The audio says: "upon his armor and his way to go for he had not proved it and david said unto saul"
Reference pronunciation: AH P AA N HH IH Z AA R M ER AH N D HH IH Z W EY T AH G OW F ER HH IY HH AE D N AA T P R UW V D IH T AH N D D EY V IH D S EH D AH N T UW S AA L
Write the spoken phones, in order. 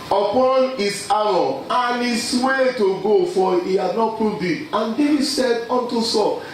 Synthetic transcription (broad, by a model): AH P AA N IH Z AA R AO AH N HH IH S W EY T AH G OW F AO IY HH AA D N AA T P UW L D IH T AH N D D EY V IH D S EH D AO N T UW S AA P